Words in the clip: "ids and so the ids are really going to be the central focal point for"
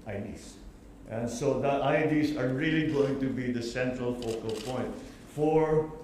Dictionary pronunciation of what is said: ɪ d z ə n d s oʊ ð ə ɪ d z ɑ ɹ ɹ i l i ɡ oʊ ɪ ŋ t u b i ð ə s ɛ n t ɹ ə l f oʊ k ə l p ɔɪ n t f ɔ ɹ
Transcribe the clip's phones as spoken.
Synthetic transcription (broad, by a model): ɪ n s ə n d s oʊ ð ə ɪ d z ɑ ɹ ɹ i l i ɡ oʊ ɪ ŋ t u b i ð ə s ɛ n t ɹ ə l f oʊ k ə l p ɔɪ n t f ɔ ɹ